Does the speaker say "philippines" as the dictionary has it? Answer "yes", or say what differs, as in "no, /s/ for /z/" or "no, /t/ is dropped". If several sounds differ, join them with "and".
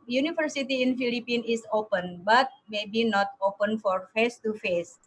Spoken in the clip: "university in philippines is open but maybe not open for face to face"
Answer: no, /z/ is dropped